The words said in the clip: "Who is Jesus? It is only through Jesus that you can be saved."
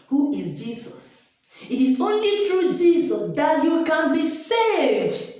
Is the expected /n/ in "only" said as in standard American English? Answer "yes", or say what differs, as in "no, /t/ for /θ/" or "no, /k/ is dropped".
yes